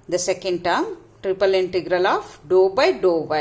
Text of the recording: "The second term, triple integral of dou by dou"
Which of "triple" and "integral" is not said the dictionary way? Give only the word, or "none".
none